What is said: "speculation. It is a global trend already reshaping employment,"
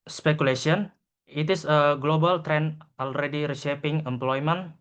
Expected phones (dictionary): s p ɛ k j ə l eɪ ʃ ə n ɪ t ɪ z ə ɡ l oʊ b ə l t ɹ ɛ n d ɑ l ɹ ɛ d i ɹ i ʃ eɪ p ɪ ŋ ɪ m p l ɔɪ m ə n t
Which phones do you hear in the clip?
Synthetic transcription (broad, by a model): s p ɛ k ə l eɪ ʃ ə n ɪ t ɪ s ə ɡ l oʊ b ə l t ɹ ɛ n ɑ l ɹ ɛ d i ɹ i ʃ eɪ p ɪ ŋ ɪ m p l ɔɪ m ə n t